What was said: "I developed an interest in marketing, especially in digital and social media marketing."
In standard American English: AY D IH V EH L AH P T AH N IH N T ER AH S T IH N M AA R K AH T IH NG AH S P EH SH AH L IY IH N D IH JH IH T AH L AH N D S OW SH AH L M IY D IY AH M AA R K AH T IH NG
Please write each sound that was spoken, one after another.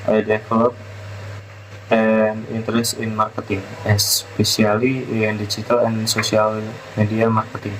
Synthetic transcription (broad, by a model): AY D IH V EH L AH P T AH N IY N T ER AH S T IH N M AA R K AH T IH NG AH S P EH S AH L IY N D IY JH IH T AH L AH N S OW S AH L M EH D IY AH M AA R K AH T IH NG